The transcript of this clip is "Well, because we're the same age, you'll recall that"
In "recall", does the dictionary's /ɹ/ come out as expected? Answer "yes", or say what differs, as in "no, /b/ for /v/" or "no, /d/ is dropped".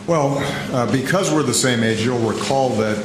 no, /w/ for /ɹ/